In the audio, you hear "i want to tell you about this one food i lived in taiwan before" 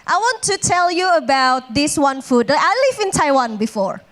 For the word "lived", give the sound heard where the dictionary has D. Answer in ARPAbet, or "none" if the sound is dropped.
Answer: none